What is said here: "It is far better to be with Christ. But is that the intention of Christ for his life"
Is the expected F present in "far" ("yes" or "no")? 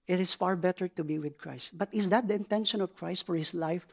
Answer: yes